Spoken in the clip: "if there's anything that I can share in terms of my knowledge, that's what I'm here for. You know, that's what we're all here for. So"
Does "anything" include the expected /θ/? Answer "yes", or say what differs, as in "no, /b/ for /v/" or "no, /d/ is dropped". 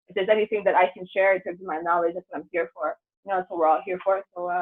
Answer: yes